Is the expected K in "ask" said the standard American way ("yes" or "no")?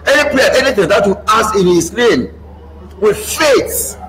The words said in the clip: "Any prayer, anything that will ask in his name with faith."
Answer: no